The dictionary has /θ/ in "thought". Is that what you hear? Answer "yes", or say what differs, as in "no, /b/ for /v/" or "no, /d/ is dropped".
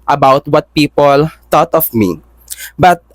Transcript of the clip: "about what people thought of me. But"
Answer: no, /t/ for /θ/